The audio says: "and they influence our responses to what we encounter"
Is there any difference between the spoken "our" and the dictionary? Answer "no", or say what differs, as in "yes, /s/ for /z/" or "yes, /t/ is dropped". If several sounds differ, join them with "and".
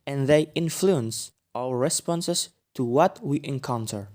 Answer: yes, /l/ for /ɹ/